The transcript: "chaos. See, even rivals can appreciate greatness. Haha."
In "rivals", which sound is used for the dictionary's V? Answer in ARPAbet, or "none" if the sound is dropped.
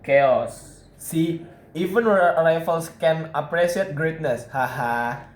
F